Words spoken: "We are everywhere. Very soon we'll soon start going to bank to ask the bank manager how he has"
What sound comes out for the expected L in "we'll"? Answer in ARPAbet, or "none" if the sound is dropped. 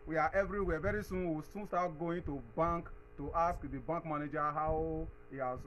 W